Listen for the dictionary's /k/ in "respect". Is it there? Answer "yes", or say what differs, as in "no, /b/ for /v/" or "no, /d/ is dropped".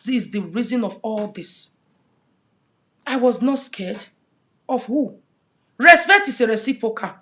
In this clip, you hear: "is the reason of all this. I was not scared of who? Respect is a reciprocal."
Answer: no, /k/ is dropped